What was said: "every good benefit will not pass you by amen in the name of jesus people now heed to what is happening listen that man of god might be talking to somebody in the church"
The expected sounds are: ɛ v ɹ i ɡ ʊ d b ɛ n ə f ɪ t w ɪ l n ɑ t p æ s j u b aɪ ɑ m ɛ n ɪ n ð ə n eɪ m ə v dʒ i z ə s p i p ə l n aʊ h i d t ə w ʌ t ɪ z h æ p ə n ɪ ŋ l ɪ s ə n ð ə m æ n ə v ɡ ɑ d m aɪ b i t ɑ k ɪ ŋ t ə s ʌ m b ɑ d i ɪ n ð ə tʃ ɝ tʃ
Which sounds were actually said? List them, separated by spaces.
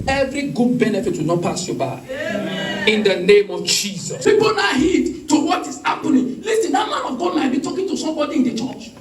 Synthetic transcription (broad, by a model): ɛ v ɹ i ɡ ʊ d b ɛ n ə f ɪ t w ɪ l n ɑ t p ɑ s j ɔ b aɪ ɑ ɪ ɪ n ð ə n eɪ m ə v dʒ i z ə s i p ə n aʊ h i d t ə w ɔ t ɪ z h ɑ p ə n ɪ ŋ l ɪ s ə n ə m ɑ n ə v ɡ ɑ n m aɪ b i t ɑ k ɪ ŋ t ə s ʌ m b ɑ d i ɪ n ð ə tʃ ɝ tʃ